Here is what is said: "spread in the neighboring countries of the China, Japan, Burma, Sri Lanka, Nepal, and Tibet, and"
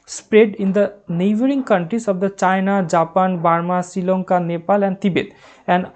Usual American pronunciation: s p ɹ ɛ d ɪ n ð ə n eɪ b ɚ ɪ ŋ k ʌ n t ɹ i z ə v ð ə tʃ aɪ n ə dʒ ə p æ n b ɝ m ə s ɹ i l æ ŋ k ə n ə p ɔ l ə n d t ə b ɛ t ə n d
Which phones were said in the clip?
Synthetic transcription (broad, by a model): s p ɹ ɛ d ɪ n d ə n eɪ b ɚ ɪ ŋ k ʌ n t ɹ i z ə v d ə tʃ aɪ n ə dʒ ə p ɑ n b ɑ m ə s i l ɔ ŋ k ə n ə p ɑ l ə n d t ə b ɛ t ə n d